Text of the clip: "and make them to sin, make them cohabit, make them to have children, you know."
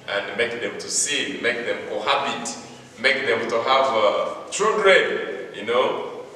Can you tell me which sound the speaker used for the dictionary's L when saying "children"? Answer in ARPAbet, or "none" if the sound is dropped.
none